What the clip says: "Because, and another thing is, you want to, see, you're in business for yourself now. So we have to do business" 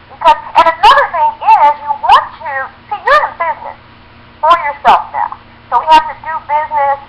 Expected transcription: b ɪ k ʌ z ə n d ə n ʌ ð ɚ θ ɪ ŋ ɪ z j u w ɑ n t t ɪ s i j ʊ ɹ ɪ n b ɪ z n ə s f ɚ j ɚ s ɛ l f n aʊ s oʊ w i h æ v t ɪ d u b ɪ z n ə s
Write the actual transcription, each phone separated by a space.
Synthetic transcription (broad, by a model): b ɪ k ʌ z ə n ə n ʌ ð ɚ θ ɪ ŋ ɪ z j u w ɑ n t t ɪ s i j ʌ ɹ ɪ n b ɪ z n ə s f ɚ j ɚ s ɛ l f n aʊ s oʊ w i h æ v t ɪ d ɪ b ɪ z n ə s